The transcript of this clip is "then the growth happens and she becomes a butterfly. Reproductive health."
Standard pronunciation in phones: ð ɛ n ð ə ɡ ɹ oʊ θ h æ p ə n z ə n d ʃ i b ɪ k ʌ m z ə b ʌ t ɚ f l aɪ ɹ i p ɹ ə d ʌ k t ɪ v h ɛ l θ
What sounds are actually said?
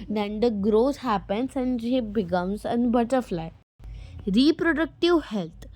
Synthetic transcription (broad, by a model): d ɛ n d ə ɡ ɹ oʊ s h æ p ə n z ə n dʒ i b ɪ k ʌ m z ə b ʌ t ɚ f l aɪ ɹ i p ɹ ə d ʌ k t ɪ v h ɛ l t